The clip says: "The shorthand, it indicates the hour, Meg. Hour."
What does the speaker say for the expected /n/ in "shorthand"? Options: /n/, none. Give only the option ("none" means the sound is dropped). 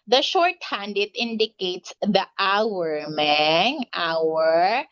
/n/